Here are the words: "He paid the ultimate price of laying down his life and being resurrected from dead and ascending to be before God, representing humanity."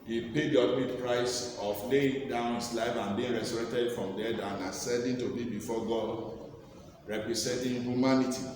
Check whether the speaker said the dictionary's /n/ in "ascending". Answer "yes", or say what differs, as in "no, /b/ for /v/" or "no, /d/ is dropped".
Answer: no, /n/ is dropped